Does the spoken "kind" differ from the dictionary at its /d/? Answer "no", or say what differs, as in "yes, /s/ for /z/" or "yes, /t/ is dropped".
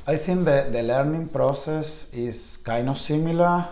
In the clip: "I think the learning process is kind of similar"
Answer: yes, /d/ is dropped